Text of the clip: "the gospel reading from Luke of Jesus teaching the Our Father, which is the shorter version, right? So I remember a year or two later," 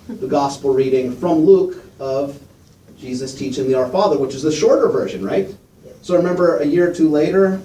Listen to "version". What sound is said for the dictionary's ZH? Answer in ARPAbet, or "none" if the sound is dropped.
ZH